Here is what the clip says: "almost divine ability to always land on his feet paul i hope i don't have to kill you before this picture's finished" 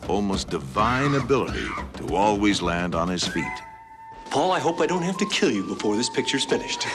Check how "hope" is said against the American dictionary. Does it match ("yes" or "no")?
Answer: yes